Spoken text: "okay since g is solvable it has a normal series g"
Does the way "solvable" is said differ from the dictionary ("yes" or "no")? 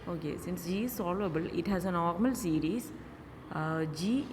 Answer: yes